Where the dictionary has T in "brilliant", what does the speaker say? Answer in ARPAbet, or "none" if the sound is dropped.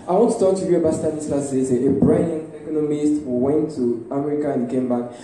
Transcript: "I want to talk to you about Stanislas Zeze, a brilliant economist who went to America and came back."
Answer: none